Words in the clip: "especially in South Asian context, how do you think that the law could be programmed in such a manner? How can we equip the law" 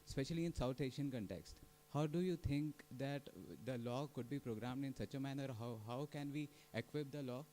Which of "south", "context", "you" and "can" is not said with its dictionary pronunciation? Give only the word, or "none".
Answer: south